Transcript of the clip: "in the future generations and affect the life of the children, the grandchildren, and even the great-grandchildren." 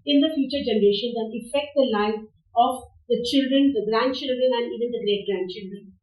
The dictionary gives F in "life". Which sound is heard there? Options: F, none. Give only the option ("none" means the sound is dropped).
none